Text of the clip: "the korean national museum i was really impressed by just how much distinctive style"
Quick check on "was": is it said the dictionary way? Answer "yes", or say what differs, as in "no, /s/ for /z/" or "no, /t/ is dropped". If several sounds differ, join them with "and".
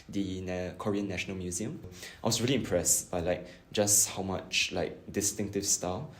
no, /s/ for /z/